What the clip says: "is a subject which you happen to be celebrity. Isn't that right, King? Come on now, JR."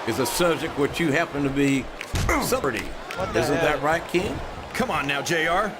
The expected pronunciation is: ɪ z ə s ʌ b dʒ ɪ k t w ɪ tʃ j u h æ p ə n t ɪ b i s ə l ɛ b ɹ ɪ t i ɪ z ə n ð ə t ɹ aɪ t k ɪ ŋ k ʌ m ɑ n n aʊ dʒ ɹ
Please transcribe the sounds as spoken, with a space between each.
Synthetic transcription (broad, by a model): ɪ z ə s ʌ b dʒ ɪ k t w ɪ tʃ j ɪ h æ p ə n t ɪ b i s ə ʌ ɹ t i ɪ z ə n ð ə t ɹ aɪ t k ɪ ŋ k ʌ m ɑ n n aʊ dʒ ɹ